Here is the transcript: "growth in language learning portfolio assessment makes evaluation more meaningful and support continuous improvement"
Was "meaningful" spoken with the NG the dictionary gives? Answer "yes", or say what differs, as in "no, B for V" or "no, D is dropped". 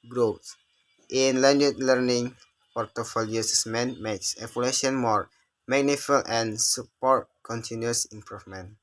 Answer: no, NG is dropped